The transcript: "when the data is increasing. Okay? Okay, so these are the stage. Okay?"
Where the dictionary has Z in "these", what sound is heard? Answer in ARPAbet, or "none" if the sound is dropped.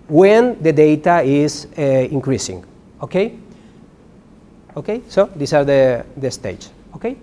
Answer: S